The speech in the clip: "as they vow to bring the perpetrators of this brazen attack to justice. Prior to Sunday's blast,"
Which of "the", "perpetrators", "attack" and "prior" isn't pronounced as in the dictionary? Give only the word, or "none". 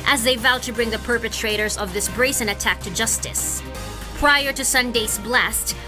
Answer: none